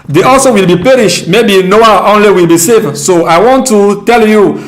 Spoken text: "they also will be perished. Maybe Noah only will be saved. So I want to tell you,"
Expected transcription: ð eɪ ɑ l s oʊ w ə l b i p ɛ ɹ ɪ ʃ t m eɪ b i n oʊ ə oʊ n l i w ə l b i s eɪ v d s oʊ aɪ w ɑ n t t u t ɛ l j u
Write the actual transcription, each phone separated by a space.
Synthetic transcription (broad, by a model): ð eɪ ɑ l s oʊ w ə l b i p ɛ ɹ ɪ ʃ t m eɪ b i n oʊ ə oʊ n l i w ə l b i s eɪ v s oʊ aɪ w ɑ n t t u t ɛ l j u